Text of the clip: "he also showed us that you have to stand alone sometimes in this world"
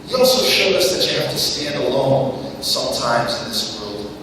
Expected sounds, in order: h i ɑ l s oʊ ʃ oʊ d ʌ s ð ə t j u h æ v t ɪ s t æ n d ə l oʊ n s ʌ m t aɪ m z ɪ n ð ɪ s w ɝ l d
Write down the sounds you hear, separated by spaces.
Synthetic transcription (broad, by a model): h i ɑ l s oʊ ʃ oʊ d ʌ s ð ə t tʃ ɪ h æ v t ɪ s t æ n d ə l oʊ n s ʌ m t aɪ m z ɪ n ð ɪ s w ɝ l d